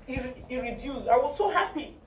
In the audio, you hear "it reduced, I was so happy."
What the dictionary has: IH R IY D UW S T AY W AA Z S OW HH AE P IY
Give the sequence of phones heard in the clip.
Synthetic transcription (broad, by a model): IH R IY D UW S AY W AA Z S OW HH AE P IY